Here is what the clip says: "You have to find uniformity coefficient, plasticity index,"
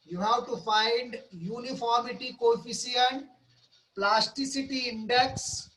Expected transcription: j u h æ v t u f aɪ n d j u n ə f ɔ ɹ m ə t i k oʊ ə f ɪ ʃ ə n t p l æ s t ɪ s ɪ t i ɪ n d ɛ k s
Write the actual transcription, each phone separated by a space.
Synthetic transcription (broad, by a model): j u h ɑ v t u f aɪ n d j u n ə f ɔ ɹ m ə t i k oʊ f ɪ s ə n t p l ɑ s t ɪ s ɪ t i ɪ n d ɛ k s